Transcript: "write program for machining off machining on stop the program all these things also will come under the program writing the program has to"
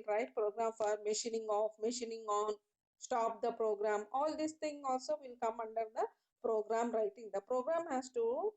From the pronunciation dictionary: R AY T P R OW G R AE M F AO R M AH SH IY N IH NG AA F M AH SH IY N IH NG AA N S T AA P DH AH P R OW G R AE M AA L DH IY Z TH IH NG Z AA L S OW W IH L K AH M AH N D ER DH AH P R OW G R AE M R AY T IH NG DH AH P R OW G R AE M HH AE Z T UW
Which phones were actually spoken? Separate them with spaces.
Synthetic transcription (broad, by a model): R AY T P R OW G R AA M F AO R M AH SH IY N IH NG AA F M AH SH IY N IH NG AA N S T AA P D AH P R OW G R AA M AA L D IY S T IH NG AA L S OW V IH L K AH M AH N D ER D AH P R OW G R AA M R AY T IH NG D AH P R OW G R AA M HH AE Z T UW